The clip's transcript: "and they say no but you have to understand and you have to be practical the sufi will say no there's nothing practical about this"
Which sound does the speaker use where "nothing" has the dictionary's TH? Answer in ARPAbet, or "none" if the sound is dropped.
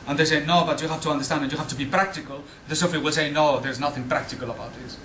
TH